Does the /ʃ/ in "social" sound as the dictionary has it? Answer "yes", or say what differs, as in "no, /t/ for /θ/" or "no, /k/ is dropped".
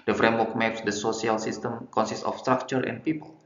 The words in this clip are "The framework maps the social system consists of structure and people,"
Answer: no, /s/ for /ʃ/